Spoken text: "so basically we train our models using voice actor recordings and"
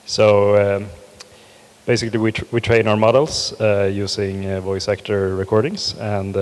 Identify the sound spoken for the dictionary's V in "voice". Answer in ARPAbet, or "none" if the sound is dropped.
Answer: V